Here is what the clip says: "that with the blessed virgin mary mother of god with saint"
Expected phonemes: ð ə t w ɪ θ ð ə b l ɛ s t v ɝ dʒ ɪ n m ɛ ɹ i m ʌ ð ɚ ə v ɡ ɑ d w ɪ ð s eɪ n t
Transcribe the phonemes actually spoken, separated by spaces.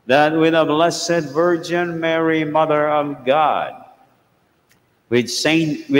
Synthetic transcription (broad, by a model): ð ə t w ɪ ð ə b l ɛ s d v ɝ dʒ ɪ n m ɛ ɹ i m ʌ ð ɚ ə v ɡ ɑ d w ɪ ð s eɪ n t